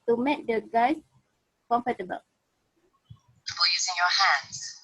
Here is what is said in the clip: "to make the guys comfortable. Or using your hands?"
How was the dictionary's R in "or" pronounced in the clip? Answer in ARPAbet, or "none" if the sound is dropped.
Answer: L